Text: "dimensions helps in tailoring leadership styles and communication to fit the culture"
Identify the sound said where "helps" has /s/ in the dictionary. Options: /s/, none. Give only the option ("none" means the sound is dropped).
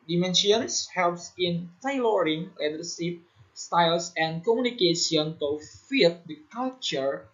/s/